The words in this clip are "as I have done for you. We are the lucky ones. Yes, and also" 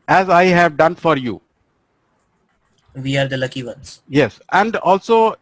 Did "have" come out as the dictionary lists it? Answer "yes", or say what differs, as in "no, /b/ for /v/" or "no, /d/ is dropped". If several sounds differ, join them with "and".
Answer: yes